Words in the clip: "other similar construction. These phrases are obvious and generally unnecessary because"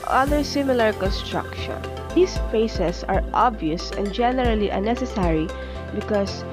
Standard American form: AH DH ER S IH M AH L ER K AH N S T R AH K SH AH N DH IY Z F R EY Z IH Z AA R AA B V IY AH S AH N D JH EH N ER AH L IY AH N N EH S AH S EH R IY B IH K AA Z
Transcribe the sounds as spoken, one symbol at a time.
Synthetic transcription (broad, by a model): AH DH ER S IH M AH L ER K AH N S T R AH K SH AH N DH IY S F EY S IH S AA R AA B V IY AH S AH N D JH EH N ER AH L IY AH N N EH S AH S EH R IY B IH K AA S